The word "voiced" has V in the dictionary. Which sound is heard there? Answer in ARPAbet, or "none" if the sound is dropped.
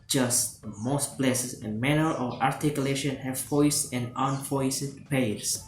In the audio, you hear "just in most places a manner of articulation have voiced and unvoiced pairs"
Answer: F